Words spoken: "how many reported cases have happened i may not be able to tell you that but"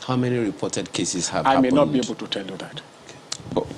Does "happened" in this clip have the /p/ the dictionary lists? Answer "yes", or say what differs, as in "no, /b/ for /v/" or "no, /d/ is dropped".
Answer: no, /p/ is dropped